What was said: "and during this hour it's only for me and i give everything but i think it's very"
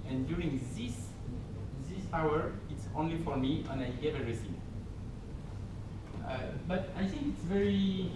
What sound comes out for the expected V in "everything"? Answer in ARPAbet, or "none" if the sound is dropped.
none